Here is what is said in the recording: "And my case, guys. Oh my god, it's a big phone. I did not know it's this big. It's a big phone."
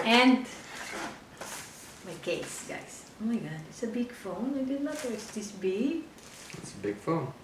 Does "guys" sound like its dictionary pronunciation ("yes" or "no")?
no